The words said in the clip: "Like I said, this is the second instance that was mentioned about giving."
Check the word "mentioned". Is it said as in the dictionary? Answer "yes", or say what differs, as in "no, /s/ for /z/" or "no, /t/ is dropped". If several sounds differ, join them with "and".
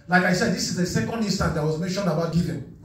yes